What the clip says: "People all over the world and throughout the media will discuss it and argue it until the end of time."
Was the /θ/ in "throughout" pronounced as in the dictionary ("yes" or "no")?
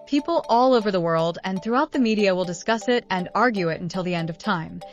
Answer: yes